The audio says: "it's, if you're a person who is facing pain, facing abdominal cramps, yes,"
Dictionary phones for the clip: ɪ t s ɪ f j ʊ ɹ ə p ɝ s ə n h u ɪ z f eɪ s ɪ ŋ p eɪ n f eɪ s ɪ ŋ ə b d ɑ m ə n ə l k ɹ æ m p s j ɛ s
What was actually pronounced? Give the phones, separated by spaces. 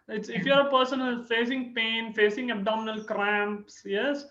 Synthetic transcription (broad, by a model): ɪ t s ɪ f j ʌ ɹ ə p ɝ s ə n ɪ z f eɪ s ɪ ŋ p eɪ n f eɪ s ɪ ŋ ə b d ɑ m ə n ə l k ɹ æ m p s j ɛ s